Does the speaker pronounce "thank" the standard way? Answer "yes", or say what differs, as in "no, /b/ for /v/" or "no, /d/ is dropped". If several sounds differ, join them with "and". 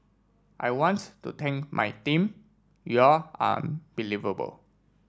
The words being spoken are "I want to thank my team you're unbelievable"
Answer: no, /t/ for /θ/